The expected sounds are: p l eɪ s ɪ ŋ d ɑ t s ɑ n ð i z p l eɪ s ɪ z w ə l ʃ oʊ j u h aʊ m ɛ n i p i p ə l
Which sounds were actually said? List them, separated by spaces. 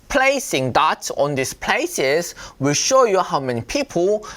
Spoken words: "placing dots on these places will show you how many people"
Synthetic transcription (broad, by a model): p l eɪ s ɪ ŋ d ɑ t ɑ n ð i s p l eɪ s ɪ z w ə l ʃ oʊ j u h aʊ m ɛ n i p i p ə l